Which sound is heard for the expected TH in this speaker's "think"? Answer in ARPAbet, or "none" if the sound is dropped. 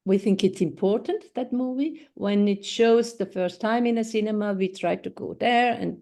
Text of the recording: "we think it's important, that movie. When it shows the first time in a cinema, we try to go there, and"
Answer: TH